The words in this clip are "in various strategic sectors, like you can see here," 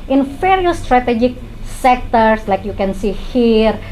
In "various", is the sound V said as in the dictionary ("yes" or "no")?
no